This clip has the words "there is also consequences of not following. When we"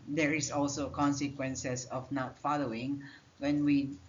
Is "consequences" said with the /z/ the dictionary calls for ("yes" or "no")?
no